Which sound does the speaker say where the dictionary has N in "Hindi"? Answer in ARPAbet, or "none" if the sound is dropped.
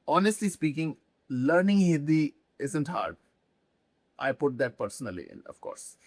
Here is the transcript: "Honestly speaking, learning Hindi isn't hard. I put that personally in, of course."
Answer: none